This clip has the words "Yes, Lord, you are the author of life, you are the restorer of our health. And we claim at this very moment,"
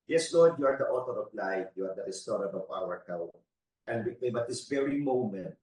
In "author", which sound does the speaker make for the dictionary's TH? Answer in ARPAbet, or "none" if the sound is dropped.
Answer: T